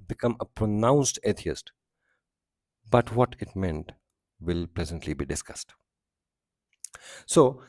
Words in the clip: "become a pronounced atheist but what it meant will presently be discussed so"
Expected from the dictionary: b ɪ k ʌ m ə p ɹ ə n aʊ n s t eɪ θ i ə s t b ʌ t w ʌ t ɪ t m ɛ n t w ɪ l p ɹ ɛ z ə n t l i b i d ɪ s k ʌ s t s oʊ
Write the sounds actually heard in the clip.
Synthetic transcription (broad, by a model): b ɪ k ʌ m ə p ɹ ə n aʊ n s t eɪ t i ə s t b ʌ t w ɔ t ɪ t m ɛ n t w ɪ l p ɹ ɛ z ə n t l i b i d ɪ s k ʌ s t s oʊ